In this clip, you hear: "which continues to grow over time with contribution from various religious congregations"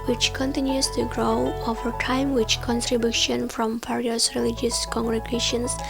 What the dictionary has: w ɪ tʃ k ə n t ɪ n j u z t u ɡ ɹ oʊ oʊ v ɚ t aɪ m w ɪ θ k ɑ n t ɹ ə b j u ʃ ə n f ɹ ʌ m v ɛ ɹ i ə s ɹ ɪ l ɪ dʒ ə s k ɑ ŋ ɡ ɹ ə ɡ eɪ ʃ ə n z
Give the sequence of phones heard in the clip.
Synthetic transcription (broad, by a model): w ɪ tʃ k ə n t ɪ n j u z t u ɡ ɹ oʊ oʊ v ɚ t aɪ m w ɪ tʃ k ɑ n t ɹ ə b j u ʃ ə n f ɹ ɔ m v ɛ ɹ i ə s ɹ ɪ l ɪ dʒ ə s k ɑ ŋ ɡ ɹ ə ɡ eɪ ʃ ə n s